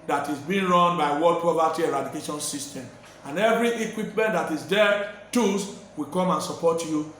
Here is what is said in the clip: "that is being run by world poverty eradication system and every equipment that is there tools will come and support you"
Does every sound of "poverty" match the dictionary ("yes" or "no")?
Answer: no